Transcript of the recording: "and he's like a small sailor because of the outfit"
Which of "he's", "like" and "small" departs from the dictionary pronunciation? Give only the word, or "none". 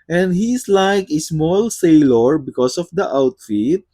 he's